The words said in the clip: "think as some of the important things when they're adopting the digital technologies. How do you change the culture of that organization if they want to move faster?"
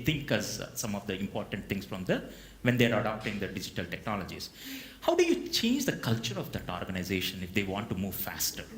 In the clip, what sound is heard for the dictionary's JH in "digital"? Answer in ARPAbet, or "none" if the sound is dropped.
JH